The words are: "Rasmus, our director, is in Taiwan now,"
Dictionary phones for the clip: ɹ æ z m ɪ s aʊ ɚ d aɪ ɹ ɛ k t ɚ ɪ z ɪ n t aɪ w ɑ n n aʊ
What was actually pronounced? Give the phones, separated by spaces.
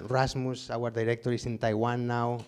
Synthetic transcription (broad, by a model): ɹ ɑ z m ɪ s aʊ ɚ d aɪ ɹ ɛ k t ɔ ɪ s ɪ n t aɪ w ɑ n n aʊ